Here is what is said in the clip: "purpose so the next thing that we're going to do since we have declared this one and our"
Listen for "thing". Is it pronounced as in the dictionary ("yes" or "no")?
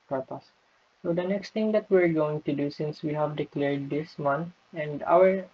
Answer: no